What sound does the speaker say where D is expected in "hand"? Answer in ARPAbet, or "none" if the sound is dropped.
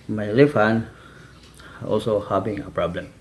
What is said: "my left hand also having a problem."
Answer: none